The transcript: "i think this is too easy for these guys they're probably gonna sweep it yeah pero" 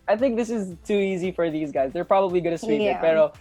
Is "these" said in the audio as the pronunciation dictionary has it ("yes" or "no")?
yes